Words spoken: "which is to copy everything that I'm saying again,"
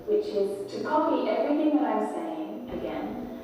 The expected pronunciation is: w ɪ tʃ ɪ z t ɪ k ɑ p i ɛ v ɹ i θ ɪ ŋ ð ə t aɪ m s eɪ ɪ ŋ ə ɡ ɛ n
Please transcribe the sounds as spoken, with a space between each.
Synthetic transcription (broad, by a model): w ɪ tʃ ɪ z t ɪ k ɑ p i ɛ v ɹ i θ ɪ ŋ ð ə t aɪ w s eɪ ɪ ŋ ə ɡ ɛ n